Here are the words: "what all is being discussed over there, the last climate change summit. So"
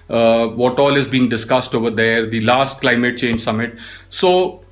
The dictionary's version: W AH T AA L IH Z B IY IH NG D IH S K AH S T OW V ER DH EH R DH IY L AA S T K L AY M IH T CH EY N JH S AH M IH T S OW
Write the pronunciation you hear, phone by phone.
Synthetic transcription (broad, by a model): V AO T AA L IH Z B IY IH NG D IH S K AH S T OW V ER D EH R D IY L AA S T K L AY M IH T CH EY N JH S AH M IH T S OW